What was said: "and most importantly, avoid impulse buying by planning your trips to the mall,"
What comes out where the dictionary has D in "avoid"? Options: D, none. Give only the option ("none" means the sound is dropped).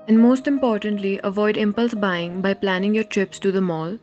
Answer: D